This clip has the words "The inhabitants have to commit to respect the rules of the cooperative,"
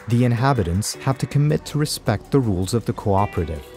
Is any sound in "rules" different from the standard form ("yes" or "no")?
no